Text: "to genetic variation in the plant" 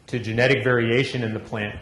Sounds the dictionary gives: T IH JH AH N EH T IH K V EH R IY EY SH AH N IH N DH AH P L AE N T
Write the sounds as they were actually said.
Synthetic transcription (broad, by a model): T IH JH AH N EH T IH K V EH R IY EY SH AH N IH N DH AH P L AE N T